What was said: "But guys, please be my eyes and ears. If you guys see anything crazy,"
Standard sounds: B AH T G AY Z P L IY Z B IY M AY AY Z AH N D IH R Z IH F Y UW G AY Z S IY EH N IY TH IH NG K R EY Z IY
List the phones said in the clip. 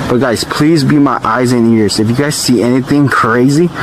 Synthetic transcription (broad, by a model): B AH T G AY Z P L IY Z B IY M AY AY Z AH N IH R Z IH F Y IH G AY Z S IY EH N IY TH IH NG K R EY Z IY